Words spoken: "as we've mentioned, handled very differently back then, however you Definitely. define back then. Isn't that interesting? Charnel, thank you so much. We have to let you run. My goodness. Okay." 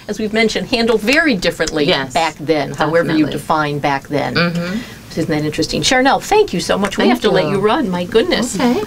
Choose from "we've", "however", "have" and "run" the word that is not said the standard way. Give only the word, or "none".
have